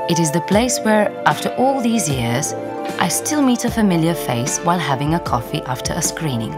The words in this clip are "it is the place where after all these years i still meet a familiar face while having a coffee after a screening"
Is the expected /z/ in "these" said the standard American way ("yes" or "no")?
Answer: yes